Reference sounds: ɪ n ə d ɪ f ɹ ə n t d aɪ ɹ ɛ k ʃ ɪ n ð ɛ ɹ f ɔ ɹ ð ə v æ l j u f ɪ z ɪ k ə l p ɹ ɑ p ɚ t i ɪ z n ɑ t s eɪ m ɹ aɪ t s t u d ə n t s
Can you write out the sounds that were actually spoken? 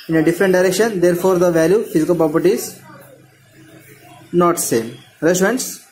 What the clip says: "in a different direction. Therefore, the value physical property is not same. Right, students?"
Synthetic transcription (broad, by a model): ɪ n ə d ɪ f ɹ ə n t d aɪ ɹ ɛ k ʃ ɪ n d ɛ ɹ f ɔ ɹ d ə v æ l j u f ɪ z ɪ k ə l p ɹ ɑ p ɚ t i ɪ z n ɑ t s eɪ m ɹ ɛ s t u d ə n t s